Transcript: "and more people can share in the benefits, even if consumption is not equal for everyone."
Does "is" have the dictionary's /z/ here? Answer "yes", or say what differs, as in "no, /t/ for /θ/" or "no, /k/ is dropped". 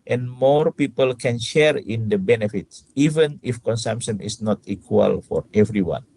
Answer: no, /s/ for /z/